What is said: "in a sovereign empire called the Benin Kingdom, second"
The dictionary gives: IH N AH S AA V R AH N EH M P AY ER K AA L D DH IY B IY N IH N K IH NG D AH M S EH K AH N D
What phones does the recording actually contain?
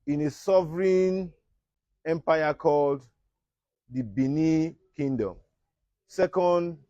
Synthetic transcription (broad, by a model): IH N AH S AA V R AH N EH M P AY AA K AA L D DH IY B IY N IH K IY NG D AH M S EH K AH N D